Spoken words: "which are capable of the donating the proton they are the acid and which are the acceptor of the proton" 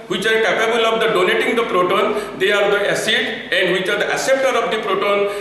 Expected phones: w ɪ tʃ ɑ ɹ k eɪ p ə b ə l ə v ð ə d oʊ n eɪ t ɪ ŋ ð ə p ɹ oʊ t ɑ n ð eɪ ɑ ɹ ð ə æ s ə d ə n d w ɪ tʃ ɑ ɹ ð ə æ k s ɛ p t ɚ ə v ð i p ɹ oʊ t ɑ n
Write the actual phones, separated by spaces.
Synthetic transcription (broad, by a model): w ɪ tʃ ɑ ɹ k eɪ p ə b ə l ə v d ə d oʊ n eɪ t ɪ ŋ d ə p ɹ oʊ t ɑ n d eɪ ɑ ɹ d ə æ s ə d ə n d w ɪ tʃ ɑ ɹ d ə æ s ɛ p t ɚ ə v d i p ɹ oʊ t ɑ n